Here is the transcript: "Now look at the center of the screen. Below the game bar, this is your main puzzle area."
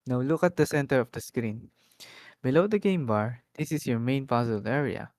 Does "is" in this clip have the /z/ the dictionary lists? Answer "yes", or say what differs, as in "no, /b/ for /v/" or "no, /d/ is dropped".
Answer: no, /s/ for /z/